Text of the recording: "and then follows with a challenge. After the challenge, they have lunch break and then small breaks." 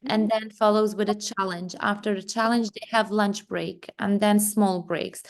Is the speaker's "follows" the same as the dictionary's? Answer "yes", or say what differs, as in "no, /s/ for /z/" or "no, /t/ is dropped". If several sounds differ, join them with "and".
yes